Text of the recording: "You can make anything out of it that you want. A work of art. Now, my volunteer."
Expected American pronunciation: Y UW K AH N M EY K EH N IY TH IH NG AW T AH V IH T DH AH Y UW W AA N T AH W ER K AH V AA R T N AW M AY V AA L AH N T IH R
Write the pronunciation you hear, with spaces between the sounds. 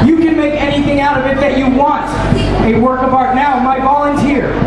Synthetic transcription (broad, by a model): Y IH K AH N M EY K EH N IY TH IH NG AW T AH V IH T DH AH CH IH W AA N T AH W ER K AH B AA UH T N AW M AY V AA L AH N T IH R